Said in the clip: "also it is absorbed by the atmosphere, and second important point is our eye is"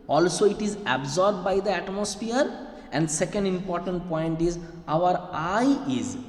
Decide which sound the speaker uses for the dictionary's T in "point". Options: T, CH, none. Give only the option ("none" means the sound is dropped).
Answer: T